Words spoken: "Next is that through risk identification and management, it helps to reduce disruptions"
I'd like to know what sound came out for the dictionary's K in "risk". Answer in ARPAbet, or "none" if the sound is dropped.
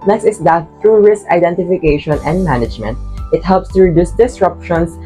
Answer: K